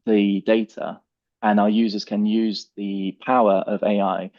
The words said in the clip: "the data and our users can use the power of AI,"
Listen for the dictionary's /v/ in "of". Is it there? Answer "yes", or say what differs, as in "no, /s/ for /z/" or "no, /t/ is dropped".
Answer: yes